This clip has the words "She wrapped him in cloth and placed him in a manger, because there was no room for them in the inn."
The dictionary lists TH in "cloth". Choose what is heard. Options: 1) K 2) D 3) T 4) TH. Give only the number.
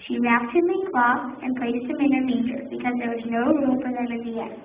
3